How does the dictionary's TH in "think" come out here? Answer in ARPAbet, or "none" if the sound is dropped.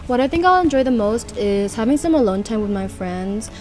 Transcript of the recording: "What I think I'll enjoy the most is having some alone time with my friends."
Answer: TH